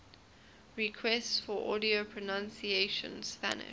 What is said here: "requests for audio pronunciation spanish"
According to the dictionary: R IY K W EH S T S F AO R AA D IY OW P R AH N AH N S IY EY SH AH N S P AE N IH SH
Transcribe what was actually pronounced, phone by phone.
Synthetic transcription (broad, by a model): R IY K W EH S T S F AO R AA D IY OW P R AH N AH N S IY EY SH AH N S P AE N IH